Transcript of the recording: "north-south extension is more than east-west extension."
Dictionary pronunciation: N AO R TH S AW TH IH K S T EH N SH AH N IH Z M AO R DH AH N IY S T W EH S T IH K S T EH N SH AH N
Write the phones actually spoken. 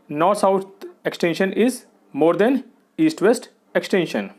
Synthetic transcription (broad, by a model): N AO R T S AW T IH K S T EH N SH AH N IH Z M AO R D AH N IY S T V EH S T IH K S T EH N SH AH N